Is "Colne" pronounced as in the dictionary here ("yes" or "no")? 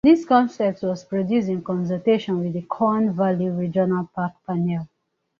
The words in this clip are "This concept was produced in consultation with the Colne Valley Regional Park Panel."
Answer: no